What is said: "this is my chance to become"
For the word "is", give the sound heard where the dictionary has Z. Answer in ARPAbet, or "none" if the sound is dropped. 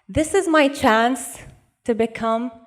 Z